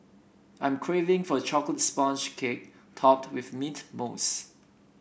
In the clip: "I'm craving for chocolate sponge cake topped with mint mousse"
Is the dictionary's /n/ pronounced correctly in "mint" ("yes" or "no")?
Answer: no